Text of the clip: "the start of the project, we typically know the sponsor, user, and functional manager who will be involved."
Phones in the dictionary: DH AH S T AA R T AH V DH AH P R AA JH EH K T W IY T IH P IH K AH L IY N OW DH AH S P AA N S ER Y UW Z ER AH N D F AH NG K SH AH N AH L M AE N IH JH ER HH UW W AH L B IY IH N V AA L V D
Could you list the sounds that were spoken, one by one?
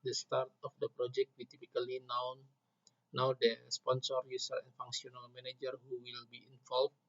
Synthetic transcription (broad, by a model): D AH S T AA R T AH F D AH P R AA JH EH K T W IY T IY P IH K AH L IY N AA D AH S P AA N S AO Y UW S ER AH N F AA NG K S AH N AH L M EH N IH JH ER HH UW W AH L B IY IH N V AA L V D